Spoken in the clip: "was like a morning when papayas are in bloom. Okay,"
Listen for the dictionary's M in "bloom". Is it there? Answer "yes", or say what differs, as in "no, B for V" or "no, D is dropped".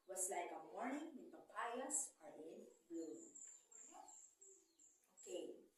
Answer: no, M is dropped